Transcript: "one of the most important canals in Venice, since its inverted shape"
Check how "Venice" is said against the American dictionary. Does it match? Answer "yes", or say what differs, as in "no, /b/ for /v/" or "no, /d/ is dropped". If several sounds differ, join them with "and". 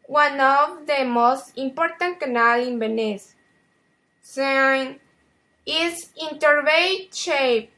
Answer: no, /b/ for /v/